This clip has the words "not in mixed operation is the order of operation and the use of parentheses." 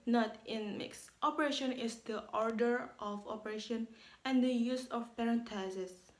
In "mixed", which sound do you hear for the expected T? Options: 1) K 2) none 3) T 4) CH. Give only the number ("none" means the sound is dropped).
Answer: 3